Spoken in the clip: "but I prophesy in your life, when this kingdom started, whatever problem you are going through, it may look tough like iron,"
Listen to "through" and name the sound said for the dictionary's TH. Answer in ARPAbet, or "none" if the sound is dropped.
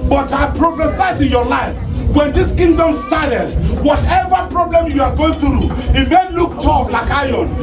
T